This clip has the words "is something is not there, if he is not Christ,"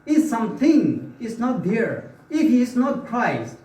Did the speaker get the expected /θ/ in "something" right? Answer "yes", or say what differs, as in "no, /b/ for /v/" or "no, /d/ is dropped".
no, /t/ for /θ/